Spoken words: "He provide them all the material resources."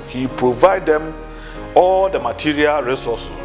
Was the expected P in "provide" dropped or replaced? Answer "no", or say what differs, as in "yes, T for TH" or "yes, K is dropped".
no